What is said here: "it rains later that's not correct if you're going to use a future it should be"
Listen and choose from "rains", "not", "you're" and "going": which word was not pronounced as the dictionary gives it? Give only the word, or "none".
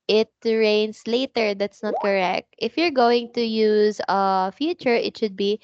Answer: rains